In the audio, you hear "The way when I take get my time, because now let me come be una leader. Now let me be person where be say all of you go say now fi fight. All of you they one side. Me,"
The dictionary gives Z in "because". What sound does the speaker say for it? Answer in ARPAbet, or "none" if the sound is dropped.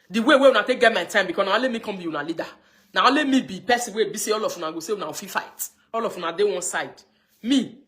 none